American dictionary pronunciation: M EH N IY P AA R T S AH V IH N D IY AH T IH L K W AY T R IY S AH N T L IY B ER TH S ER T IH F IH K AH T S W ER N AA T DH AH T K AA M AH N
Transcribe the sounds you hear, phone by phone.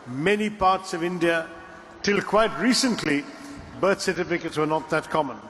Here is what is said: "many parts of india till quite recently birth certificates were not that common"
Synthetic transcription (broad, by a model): M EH N IY P AA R T S AH V IH N D IY AH T IH L K W AY T R IY S AH N T L IY B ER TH S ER T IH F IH K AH T S W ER N AA T DH AH T K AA M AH N